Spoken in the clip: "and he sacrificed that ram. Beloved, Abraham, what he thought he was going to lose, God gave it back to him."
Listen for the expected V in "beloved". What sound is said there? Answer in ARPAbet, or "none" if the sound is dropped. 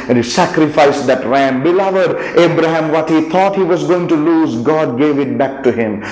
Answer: V